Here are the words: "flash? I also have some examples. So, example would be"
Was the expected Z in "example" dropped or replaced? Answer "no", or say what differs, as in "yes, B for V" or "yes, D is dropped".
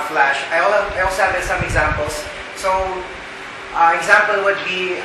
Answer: no